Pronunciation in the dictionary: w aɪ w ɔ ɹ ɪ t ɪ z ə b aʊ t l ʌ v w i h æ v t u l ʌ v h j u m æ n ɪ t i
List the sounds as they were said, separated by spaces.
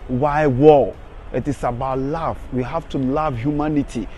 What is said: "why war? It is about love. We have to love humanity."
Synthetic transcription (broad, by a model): w aɪ w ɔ l ɪ t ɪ s ə b aʊ t l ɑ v w i h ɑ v t u l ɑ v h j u m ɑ n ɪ t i